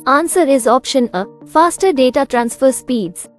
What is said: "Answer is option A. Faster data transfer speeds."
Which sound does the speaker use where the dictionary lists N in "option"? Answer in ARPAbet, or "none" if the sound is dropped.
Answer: N